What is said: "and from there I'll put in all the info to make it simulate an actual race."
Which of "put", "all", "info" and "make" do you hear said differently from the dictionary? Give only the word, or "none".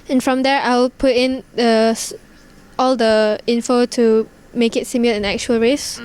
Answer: none